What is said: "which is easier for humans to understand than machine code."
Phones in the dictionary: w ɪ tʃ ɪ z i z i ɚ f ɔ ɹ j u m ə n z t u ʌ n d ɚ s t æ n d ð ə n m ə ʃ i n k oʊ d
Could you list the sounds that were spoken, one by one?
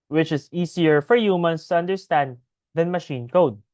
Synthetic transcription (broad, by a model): w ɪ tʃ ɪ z i s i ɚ f ɔ ɹ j u m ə n s t u ʌ n d ɚ s t æ n d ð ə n m ə ʃ i n k oʊ d